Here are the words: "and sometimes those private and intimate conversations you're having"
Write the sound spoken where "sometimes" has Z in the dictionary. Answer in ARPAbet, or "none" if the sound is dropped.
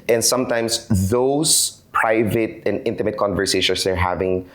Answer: S